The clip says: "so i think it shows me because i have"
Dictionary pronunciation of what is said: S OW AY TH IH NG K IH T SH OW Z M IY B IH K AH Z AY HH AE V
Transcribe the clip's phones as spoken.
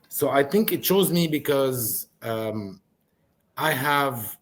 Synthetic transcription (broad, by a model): S OW AY TH IH NG K IH T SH OW Z M IY B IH K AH Z AY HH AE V